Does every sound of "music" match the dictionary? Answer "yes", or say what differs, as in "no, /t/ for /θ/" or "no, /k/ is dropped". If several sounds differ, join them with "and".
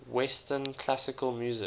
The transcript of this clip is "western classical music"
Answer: no, /k/ is dropped